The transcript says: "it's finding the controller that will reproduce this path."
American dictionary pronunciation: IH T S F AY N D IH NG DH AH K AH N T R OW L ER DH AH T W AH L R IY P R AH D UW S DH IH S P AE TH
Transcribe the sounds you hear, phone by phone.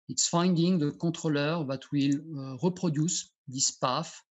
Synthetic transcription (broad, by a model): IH T S F AY N D IH NG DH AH K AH T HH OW L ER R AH T W AH L R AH P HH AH D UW S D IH S P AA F